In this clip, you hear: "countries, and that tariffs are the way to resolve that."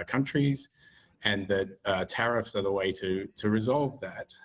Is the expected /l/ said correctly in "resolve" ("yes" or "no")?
yes